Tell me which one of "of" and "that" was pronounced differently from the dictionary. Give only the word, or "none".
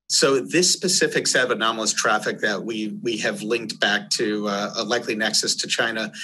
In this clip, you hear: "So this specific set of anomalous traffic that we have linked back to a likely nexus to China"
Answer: none